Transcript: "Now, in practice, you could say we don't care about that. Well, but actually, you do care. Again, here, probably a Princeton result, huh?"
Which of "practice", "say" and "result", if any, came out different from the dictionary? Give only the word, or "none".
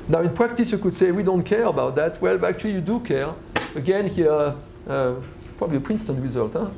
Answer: none